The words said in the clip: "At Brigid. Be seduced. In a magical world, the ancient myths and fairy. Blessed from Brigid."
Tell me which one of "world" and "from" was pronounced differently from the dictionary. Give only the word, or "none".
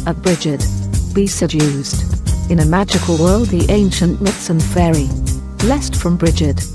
none